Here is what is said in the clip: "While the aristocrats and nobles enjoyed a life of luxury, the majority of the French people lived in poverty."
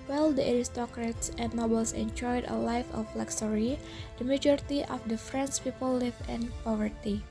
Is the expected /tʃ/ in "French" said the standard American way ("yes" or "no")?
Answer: no